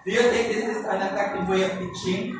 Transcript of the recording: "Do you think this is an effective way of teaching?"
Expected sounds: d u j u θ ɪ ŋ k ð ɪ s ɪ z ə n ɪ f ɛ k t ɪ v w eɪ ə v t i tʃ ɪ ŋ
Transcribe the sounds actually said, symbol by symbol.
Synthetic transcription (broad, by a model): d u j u t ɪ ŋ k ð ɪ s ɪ s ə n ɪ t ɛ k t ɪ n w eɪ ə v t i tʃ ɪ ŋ